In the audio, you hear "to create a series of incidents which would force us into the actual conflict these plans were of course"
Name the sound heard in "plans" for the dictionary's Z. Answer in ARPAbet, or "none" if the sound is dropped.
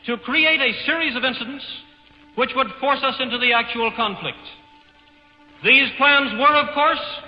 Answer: Z